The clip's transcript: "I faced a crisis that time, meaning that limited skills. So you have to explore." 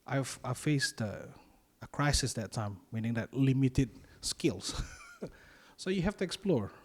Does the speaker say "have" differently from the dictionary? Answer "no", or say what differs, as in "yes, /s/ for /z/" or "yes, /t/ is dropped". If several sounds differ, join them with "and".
yes, /f/ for /v/